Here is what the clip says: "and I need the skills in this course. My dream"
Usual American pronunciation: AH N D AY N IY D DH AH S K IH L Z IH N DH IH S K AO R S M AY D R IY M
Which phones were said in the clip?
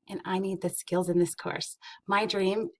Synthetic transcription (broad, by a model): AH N AY N IY D DH AH S K IH L Z IH N DH IH S K AO R S M AY D R IY M